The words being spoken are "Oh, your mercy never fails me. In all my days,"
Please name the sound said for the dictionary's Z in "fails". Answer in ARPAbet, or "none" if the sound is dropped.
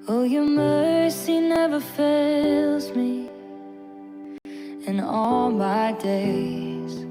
Z